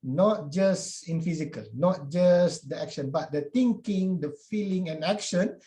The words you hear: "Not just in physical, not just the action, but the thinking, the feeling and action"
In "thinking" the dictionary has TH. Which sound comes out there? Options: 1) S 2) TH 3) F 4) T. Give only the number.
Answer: 4